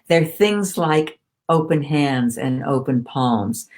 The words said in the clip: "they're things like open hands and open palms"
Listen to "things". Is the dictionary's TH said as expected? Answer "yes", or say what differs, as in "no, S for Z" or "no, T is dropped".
yes